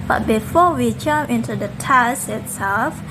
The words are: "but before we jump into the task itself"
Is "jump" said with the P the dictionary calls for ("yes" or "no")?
no